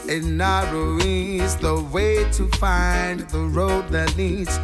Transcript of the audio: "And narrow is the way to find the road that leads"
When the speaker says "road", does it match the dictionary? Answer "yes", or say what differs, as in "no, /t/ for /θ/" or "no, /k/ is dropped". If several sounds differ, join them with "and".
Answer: yes